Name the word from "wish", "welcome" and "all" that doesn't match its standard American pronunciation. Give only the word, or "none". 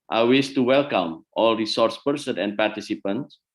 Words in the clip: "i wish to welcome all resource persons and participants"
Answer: wish